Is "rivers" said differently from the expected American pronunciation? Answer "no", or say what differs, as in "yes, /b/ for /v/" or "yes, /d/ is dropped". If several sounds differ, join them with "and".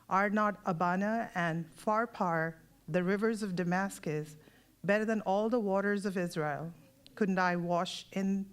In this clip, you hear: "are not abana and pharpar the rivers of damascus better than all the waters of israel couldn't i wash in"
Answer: no